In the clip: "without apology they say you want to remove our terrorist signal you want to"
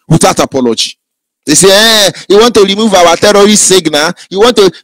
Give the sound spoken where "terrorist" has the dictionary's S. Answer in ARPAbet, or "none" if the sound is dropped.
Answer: none